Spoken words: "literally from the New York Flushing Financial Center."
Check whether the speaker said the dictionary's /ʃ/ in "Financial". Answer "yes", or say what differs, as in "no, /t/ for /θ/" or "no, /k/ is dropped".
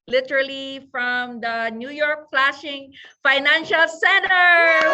yes